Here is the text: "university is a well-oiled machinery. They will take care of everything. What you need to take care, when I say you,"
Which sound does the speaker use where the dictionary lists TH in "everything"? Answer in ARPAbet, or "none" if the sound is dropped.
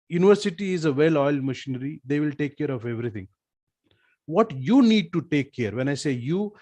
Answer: T